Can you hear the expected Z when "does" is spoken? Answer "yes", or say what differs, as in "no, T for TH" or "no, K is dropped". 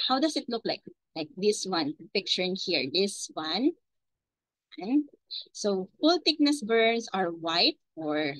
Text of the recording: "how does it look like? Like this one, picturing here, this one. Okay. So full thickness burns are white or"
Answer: no, S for Z